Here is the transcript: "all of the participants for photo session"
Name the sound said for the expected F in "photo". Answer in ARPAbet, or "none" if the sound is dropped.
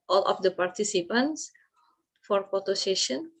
P